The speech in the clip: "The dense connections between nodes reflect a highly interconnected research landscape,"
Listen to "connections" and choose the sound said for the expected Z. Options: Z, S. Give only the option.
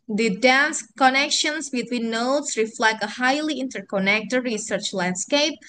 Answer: S